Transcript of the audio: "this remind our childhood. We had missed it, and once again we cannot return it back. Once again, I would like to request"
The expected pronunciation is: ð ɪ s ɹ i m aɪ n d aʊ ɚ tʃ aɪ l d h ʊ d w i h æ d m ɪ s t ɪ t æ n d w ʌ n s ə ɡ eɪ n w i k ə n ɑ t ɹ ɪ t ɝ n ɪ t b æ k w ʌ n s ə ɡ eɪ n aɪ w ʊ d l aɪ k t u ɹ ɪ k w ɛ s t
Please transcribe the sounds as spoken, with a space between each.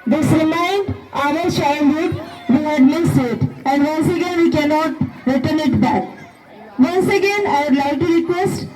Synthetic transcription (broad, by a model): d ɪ s ɹ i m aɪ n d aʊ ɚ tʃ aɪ n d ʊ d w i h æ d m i s ɪ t æ n d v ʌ n s ə ɡ eɪ n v i k ə n ɑ t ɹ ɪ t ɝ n ɪ t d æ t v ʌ n s ə ɡ eɪ n aɪ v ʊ d l aɪ k t u ɹ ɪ k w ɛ s t